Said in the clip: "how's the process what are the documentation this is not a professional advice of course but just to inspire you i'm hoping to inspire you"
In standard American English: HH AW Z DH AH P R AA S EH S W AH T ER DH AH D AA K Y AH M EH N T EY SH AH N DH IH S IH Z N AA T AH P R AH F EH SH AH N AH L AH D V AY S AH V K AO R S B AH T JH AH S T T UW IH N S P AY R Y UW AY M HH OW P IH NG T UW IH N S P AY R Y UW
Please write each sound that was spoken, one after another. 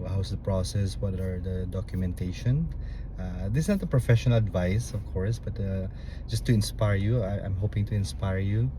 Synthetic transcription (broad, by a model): HH AW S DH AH P R AA S EH S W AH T ER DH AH D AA K Y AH M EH N T EY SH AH N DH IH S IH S N AA T AH P R AH F EH SH AH N AH L AH D V AY S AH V K AO R S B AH T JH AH S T T UW IH N S P AY R Y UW AY M HH OW P IH NG T UW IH N S P AY R Y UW